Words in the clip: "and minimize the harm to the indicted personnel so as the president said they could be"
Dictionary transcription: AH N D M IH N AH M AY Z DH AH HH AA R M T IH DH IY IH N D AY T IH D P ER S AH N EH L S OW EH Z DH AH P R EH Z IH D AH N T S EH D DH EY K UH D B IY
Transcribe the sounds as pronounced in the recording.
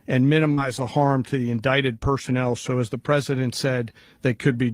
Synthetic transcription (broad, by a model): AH N M IH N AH M AY Z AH HH AA R M T IH DH IY IH N D AY T IH D P ER S AH N EH L S OW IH Z DH AH P R EH Z IH D AH N T S EH D DH EY K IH D B IY